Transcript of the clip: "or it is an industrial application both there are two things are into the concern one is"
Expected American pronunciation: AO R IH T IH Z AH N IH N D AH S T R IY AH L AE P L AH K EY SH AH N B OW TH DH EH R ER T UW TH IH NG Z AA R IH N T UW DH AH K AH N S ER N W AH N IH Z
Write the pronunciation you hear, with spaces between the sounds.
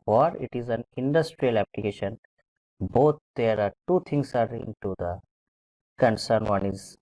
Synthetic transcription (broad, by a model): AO R IH T IH Z AH N IH N D AH S T R IY AH L AE P L AH K EY SH AH N B OW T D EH R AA T UW T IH NG S AA R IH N T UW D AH K AH N S ER N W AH N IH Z